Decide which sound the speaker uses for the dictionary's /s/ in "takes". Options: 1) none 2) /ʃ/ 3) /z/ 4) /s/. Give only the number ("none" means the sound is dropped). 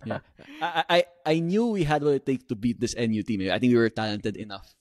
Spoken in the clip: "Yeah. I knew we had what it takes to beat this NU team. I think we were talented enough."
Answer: 1